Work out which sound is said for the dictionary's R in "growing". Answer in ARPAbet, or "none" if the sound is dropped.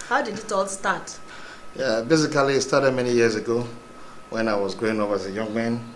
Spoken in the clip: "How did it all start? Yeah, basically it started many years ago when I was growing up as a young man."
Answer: none